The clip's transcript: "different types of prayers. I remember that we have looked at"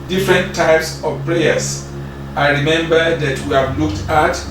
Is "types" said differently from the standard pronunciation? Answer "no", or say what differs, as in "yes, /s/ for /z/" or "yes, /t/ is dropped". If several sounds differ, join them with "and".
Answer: no